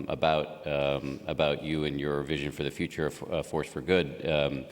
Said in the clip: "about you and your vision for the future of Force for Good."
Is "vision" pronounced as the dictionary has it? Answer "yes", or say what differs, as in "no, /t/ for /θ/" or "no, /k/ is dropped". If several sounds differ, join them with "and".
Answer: yes